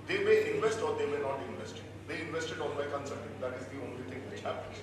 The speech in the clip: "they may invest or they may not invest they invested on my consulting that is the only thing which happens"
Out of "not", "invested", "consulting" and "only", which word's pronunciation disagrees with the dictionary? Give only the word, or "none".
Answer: consulting